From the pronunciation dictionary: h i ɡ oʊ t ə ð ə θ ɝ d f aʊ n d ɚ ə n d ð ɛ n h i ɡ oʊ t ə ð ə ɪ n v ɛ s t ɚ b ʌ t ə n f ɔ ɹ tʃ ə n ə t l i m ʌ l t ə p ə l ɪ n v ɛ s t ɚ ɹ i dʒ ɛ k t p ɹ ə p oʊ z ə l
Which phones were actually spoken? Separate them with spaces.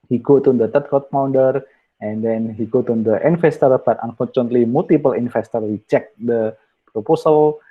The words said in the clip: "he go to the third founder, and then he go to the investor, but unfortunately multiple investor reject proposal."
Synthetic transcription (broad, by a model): h i ɡ oʊ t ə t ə t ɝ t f aʊ n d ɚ ə n d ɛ n h i ɡ oʊ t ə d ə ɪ n f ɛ s t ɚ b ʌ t ə n f ɔ ɹ tʃ ə n ə t l i m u l t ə p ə l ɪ n f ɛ s t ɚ ɹ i tʃ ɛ k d p ɹ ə p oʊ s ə l